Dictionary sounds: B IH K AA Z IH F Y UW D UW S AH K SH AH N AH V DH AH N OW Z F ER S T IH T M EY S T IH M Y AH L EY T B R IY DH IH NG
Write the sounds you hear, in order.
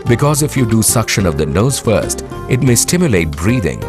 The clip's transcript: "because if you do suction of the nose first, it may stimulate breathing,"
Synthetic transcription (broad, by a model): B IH K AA Z IH F Y UW D UW S AH K SH AH N AH V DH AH N OW Z F ER S T IH T M EY S T IH M Y AH L EY T B R IY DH IH NG